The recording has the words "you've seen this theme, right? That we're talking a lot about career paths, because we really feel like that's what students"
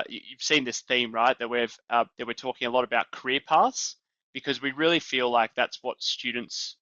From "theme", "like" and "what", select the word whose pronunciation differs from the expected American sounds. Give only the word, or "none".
none